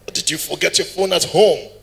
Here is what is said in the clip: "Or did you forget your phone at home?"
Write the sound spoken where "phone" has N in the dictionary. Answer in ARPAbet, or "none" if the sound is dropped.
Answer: N